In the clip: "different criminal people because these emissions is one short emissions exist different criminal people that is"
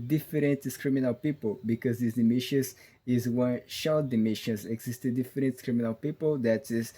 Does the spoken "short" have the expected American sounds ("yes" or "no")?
no